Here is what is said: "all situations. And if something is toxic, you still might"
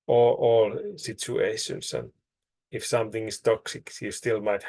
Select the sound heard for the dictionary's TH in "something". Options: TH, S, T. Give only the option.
TH